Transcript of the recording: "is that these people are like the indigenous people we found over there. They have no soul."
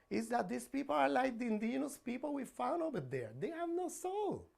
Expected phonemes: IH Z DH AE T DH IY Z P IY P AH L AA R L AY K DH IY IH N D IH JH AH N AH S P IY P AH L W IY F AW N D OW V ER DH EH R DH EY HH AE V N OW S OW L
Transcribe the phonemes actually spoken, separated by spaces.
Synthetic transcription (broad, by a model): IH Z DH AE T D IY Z P IY P AH L AA R L AY K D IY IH N D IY AH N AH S P IY P AH L W IY F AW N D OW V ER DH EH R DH EY HH AE V N OW S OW L